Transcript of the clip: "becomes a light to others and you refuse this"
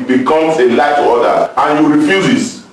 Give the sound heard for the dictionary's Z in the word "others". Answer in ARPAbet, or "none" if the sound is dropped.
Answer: none